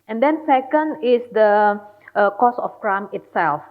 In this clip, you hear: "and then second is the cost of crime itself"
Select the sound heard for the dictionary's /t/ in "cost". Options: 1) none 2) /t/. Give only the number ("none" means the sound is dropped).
1